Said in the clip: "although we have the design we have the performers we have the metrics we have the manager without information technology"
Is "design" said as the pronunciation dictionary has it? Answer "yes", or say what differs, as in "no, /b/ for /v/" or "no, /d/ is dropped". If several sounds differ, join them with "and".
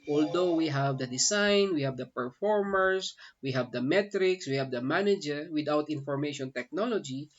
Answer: no, /s/ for /z/